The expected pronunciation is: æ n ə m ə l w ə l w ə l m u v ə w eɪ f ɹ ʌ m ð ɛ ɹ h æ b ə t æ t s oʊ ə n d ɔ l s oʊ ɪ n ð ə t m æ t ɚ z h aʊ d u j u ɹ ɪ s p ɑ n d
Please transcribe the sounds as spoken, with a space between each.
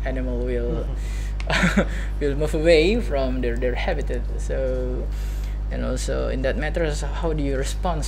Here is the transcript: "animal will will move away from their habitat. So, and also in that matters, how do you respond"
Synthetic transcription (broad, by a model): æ n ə m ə l w ə l w ə l m u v ə w eɪ f ɹ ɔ m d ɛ ɹ h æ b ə t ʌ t s oʊ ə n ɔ s oʊ ɪ n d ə t m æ t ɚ s h aʊ d u j u ɹ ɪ s p ɑ n